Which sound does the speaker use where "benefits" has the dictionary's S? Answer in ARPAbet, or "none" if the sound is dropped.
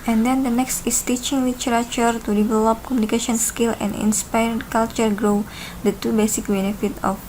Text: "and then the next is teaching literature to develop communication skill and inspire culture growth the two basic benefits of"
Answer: none